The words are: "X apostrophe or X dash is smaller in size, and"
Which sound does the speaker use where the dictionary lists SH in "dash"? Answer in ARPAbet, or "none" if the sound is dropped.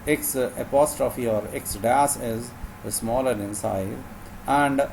S